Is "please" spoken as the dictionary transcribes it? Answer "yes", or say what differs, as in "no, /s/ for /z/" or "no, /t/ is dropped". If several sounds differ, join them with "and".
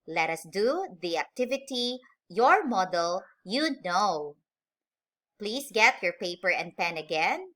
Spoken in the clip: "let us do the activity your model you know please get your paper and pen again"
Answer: no, /s/ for /z/